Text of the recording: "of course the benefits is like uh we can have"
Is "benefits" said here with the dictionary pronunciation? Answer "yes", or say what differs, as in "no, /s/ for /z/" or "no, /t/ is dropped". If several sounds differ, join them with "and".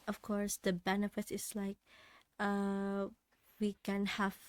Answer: no, /s/ is dropped